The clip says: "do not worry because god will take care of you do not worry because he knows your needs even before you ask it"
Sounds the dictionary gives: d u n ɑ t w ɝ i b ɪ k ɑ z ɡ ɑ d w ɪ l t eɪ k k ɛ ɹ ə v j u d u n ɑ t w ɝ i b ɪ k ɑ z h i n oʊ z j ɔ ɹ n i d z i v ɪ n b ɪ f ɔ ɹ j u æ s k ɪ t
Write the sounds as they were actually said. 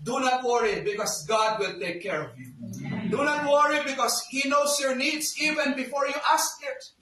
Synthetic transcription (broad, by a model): d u n ɑ t w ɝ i b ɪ k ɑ s ɡ ɑ d w ɪ l t eɪ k k ɛ ɹ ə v j u d u n ɑ t w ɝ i b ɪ k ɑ s h i n oʊ s j ɔ ɹ n i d s i v ɪ n b ɪ f ɔ ɹ j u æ s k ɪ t